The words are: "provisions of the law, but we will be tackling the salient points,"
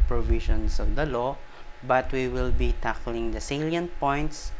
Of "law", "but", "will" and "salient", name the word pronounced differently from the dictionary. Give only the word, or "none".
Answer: none